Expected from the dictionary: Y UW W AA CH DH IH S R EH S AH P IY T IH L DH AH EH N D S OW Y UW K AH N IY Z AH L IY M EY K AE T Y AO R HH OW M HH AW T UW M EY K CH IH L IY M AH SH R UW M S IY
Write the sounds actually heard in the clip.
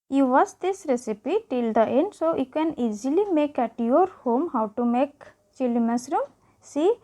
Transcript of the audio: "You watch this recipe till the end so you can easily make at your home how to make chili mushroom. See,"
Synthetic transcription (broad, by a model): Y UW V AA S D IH S R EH S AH P IY T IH L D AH EH N D S OW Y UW K AH N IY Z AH L IY M EY K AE T Y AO R HH OW M HH AW T UW M EY K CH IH L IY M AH S R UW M S IY